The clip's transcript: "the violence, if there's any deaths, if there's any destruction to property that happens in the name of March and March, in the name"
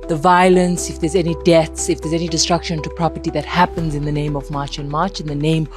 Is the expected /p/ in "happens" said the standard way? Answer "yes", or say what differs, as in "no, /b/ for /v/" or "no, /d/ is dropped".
yes